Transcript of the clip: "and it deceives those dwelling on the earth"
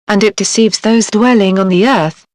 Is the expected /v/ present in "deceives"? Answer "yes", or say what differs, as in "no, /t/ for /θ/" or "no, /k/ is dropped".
yes